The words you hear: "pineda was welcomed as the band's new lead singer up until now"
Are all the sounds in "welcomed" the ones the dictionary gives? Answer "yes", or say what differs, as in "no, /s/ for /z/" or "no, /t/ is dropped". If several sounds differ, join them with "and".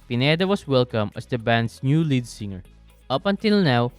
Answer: no, /d/ is dropped